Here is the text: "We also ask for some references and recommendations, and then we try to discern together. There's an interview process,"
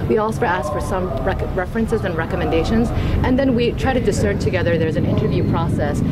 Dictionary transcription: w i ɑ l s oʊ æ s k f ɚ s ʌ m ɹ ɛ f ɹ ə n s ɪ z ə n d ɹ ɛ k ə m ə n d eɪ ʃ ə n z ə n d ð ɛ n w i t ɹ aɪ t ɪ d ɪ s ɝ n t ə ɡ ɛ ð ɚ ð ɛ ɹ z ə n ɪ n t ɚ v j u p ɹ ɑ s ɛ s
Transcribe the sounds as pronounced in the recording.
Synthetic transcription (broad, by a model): w i ɑ l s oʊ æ s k f ɚ s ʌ m ɹ ɛ f ɹ ə n s ɪ z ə n ɹ ɛ k ə m ə n d eɪ ʃ ə n z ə n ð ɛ n w i t ɹ aɪ t ɪ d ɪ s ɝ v t ə ɡ ɛ ð ɚ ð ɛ ɹ z ə n ɪ n t ɚ v j u p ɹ ɑ s ɛ s